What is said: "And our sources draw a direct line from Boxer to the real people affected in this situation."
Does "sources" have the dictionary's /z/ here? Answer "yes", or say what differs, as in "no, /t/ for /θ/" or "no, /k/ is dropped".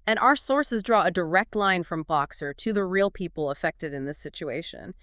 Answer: yes